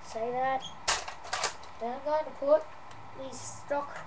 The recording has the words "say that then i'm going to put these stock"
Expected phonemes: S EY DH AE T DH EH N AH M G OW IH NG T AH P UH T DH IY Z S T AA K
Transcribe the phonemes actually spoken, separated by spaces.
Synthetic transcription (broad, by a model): S EY DH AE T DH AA AH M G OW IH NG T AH P UH T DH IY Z S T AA K